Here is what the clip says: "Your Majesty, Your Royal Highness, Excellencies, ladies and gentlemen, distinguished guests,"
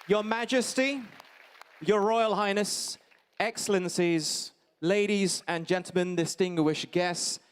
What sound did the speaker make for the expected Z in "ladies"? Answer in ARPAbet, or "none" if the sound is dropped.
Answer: Z